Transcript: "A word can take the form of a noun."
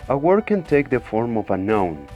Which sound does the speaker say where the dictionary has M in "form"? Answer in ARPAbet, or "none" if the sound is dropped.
M